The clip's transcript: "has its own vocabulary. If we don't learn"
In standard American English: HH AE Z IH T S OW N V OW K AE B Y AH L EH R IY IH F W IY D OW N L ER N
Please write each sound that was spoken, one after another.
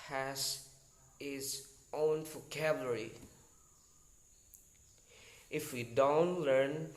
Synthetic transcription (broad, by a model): HH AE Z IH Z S OW N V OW K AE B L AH R IY IH F W IY D OW N L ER N